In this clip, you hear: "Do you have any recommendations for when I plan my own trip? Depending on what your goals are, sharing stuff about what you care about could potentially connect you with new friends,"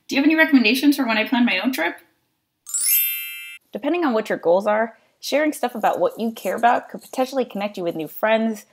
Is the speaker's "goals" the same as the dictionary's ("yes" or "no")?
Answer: yes